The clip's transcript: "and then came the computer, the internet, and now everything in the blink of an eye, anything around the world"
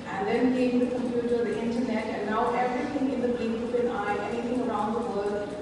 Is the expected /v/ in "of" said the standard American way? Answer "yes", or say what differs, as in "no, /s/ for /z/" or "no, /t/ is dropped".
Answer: no, /p/ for /v/